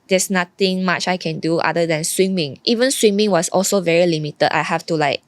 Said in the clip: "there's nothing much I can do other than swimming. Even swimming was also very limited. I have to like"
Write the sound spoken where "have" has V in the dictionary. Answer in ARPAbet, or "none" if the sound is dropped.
F